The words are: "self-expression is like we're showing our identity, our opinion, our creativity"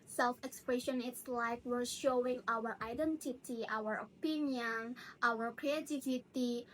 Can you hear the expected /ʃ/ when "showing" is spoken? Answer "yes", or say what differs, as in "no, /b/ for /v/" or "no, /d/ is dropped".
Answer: yes